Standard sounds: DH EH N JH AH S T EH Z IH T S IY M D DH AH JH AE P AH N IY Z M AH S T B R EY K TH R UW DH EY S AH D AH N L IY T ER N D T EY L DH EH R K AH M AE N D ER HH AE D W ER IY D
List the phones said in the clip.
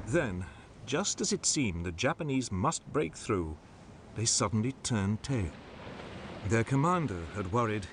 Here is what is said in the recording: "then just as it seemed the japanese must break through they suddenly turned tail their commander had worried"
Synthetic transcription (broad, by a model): DH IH N JH AH S T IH Z IH T S IY M DH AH JH AE P AH N IY Z M AH S T B R EY K TH R UW DH EY S AH D N L IY T ER N T EY L DH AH R K AH M AE N D ER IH D W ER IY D